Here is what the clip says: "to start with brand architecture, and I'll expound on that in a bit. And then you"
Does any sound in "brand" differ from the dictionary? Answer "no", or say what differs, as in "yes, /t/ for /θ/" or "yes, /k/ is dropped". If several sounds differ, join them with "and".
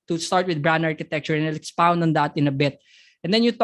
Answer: yes, /d/ is dropped